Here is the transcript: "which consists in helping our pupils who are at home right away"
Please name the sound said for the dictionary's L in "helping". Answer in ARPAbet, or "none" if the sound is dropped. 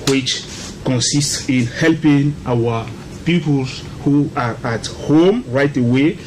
L